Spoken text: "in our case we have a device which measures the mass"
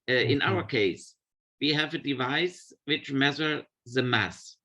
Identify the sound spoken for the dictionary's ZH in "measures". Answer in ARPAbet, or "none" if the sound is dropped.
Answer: Z